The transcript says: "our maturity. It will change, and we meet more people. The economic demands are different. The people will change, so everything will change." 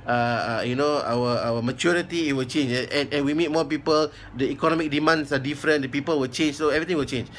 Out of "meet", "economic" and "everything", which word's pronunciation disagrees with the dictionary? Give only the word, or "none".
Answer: everything